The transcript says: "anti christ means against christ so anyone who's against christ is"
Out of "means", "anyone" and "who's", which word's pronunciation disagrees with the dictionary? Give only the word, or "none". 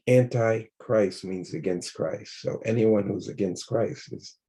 none